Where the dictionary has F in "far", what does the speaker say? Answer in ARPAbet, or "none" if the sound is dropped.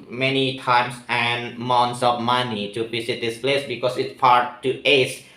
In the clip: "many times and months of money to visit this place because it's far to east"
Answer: P